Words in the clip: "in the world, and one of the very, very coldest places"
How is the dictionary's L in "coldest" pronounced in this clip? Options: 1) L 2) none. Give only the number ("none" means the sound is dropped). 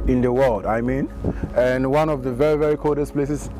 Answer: 2